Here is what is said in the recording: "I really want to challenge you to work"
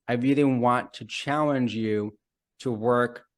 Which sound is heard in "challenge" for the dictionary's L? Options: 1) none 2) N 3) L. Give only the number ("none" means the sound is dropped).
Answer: 3